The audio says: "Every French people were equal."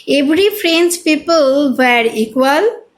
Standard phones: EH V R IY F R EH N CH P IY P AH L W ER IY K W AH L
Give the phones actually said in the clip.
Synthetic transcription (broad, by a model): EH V R IY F R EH N S P IY P AH L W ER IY K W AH L